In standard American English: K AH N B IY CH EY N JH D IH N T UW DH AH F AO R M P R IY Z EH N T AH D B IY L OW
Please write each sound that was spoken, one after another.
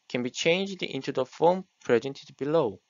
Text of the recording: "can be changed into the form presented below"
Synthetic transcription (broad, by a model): K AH N B IY CH EY N JH D IH N T UW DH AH F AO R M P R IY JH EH N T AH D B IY L OW